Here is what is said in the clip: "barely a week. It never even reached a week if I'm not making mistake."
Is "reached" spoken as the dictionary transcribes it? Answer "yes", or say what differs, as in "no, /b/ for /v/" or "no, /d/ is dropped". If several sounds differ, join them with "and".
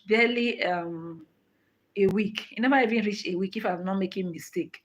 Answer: no, /t/ is dropped